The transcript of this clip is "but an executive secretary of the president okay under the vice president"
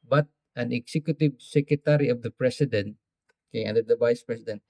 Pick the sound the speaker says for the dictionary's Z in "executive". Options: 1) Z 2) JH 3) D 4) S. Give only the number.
4